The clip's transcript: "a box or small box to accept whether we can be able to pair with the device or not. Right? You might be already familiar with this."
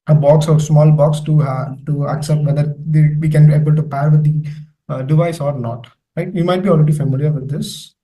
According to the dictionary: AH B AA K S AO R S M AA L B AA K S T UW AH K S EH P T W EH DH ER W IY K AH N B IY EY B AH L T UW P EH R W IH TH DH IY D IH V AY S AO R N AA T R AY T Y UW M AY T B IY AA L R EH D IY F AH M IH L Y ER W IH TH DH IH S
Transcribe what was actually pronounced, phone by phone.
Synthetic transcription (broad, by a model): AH B AA K S AO R S M AA L B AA K S T UW AH K S EH P T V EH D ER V IY K AH N B IY EY B AH L T UW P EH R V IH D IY D IH V AY S AO R N AA T L AY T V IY M AY T B IY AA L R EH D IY F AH M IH L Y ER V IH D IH S